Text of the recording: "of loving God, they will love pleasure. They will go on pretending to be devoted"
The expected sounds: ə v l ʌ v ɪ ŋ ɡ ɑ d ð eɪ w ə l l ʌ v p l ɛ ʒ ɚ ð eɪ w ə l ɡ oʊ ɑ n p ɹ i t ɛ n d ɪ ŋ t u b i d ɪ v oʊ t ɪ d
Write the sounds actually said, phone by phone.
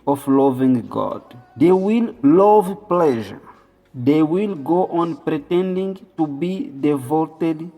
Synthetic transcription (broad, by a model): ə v l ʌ v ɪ ŋ ɡ ɑ d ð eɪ w ə l l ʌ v p l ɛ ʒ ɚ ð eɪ w ə l ɡ oʊ ɑ n p ɹ i t ɛ n d ɪ ŋ t u b i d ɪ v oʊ t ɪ d